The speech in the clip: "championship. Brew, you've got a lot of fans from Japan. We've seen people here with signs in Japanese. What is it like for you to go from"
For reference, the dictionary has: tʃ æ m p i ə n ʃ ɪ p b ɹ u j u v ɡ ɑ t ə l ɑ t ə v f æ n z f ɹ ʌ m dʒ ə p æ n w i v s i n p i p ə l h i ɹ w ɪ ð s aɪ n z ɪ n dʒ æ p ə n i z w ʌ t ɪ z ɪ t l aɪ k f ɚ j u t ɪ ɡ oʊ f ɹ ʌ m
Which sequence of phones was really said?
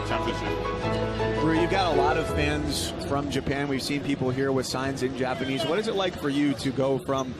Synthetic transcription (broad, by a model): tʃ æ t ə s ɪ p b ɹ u j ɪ v ɡ ɑ t ə l ɑ t ə v f æ n z f ɹ ʌ m dʒ ə p æ n w i v s i n p i p l h i ɹ w ɪ ð s aɪ n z ɪ n dʒ æ p ə n i z w ʌ t ɪ z ɪ t l aɪ k f ɚ j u t ɪ ɡ oʊ f ɹ ʌ m